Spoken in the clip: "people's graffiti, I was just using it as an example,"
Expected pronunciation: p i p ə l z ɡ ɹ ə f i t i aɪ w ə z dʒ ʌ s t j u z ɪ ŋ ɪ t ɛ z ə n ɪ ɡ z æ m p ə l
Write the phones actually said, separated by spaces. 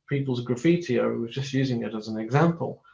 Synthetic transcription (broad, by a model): p i p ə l z ɡ ɹ ə f i t i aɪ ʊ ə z dʒ ʌ s t j u z ɪ ŋ ɪ t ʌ z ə n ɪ ɡ z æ m p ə l